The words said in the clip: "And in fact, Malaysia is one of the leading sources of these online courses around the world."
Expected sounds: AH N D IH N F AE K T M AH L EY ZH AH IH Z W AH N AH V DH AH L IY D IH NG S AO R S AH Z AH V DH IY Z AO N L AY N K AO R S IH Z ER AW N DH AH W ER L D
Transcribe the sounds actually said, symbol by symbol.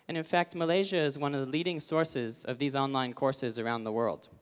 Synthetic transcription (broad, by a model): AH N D IH N F AE K T M AH L EY ZH AH IH Z W AH N AH V DH AH L IY D IH NG S AO R S AH Z AH V DH IY Z AO N L AY N K AO R S IH Z ER AW N DH AH W ER L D